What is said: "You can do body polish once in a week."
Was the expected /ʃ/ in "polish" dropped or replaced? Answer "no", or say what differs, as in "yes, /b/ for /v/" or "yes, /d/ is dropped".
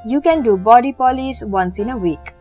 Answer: yes, /s/ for /ʃ/